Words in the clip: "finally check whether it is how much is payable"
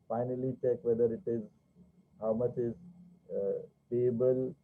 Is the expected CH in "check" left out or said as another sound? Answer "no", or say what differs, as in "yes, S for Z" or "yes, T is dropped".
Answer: no